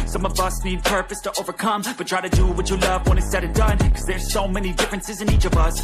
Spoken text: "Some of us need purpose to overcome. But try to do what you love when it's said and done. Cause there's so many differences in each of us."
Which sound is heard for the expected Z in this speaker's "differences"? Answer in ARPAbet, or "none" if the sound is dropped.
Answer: Z